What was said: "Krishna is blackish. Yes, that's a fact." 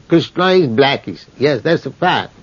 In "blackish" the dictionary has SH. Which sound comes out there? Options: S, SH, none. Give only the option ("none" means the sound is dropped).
S